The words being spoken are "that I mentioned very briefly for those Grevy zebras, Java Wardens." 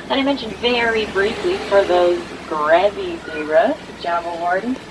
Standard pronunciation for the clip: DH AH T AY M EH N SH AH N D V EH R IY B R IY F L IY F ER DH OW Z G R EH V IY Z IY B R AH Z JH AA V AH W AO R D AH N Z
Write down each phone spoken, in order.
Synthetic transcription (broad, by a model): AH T AY M EH N SH AH N D V EH R IY B R IY F L IY F ER DH OW Z G R EH V IY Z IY R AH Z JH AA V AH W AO R D N